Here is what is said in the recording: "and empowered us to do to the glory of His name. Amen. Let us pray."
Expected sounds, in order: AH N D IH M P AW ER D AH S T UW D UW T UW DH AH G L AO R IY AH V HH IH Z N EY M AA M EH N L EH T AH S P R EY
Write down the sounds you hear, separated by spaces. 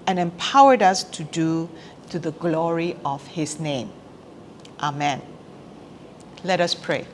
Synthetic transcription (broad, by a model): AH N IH M P AW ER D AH S T UW D UW T UW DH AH G L AO R IY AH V HH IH S N EY M AA M EH N L EH T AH S P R EY